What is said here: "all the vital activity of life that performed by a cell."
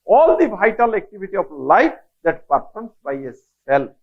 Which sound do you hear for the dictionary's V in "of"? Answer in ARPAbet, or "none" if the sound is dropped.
B